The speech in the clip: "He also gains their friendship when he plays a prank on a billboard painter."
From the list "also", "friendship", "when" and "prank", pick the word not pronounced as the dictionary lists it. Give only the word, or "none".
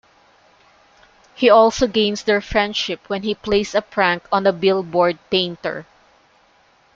none